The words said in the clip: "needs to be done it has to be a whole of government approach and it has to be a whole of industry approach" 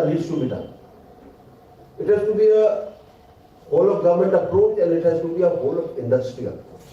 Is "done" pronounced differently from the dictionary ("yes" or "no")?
yes